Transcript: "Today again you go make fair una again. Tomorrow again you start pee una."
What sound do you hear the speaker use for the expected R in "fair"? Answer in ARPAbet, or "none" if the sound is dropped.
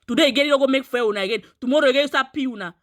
W